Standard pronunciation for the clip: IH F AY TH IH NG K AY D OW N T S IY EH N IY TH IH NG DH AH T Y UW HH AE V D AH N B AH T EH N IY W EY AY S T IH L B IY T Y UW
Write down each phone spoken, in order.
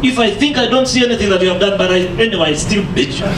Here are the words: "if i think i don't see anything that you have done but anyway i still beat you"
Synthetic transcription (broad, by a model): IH F AY TH IH NG K AY D OW N T S IY EH N IY TH IH NG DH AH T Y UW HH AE V D AH N B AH T EH N IY W EY AY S T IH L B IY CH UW